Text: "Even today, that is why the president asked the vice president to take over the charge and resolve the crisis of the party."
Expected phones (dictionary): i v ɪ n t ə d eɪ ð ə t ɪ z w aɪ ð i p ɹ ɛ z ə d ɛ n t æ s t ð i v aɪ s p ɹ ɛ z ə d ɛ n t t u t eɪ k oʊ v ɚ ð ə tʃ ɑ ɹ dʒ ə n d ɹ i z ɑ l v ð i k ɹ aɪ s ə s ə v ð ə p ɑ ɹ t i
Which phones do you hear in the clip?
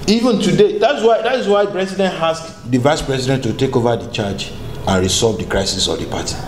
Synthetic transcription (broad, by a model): i v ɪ n t ə d eɪ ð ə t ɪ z w aɪ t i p ɹ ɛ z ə d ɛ n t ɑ s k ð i v aɪ s p ɹ ɛ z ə d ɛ n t t u t eɪ k oʊ v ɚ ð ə tʃ ɑ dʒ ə n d ɹ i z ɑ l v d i k ɹ aɪ s ə s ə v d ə p ɑ t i